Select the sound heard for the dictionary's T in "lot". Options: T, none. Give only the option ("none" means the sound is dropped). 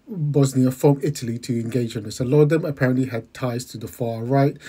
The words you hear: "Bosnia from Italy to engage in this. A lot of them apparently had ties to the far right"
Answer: none